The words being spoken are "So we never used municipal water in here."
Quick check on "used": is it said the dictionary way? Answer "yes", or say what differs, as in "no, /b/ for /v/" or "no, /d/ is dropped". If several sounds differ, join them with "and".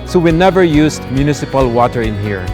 no, /s/ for /z/